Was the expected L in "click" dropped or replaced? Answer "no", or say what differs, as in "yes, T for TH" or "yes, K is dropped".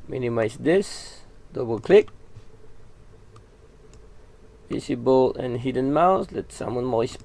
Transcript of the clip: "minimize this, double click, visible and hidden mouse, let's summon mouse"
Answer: no